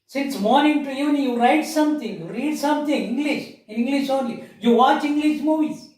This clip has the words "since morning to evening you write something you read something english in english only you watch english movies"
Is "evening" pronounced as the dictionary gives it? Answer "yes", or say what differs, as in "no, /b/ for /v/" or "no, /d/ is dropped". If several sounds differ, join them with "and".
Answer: no, /v/ is dropped